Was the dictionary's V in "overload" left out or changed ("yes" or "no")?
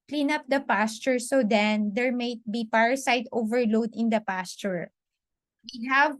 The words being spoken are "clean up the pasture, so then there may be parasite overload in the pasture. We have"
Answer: no